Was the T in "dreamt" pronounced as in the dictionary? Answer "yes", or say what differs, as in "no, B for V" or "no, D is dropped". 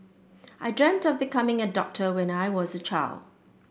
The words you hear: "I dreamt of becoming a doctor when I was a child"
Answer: yes